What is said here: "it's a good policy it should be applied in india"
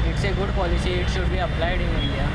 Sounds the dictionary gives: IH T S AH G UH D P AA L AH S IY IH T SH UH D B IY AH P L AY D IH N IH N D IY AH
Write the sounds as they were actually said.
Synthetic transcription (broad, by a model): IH T S AH G UH D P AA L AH SH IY IH T SH UH D B IY AH P L AY D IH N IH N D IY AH